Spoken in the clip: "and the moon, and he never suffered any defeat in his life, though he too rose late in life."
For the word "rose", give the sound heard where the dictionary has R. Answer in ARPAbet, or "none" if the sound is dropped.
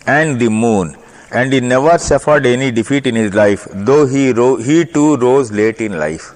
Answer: R